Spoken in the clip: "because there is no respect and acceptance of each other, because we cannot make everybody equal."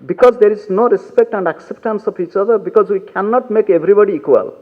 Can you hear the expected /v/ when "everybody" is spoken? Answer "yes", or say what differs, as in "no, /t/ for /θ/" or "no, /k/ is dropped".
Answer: no, /b/ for /v/